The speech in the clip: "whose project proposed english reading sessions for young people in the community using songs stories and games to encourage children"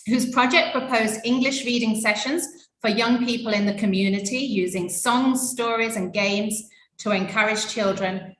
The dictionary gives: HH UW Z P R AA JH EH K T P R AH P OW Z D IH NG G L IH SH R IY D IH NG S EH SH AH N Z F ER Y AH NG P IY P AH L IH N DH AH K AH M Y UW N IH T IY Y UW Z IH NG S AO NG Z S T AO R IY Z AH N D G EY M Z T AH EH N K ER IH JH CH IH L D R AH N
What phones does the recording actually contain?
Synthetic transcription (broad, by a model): HH UW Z P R AA JH EH K P R AH P OW Z D IH NG G L IH SH R IY D IH NG S EH SH AH N Z F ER Y AH NG P IY P AH L IH N DH AH K AH M Y UW N IH T IY Y UW Z IH NG S AO NG Z S T AO R IY Z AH N G EY M Z T AH EH N K ER IH JH CH IH L D R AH N